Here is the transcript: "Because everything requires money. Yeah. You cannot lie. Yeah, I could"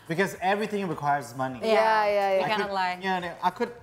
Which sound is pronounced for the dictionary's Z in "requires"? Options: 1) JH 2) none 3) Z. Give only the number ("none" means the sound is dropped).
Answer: 3